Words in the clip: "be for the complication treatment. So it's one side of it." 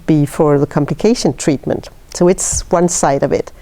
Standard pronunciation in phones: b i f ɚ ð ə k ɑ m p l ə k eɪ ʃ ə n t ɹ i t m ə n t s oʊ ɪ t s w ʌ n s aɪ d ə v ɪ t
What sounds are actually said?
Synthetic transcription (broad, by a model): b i f ɚ ð ə k ɑ m p l ə k eɪ ʃ ə n t ɹ i t m ə n t s oʊ ɪ t s w ʌ n s aɪ d ə v ɪ t